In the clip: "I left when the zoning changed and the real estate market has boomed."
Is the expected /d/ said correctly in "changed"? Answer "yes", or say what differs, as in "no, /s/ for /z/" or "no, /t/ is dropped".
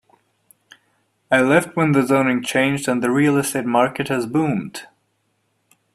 yes